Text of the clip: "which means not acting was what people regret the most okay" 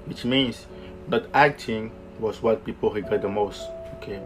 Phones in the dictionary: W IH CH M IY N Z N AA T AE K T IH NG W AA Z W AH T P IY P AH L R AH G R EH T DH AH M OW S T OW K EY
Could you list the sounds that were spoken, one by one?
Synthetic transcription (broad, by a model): W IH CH M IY N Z N AA T AE K T IH NG W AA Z W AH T P IY P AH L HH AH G EH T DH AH M OW S T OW K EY